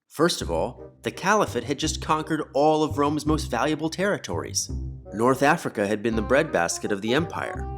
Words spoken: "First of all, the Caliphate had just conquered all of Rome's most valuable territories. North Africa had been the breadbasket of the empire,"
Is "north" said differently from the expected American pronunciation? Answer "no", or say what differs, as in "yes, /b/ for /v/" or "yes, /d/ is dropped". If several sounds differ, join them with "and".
no